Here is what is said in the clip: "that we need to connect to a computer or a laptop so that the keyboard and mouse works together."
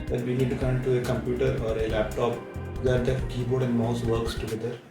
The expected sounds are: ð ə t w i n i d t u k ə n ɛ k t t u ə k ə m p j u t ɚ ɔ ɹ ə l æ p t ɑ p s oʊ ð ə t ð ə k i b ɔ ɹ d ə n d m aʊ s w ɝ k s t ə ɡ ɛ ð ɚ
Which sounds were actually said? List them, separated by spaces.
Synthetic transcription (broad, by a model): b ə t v i n i d t u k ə ɪ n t t u ə k ə m p j u t ɚ ɔ ɹ ə l æ p t ɑ p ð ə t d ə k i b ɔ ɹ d ə n d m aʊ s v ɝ k s t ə ɡ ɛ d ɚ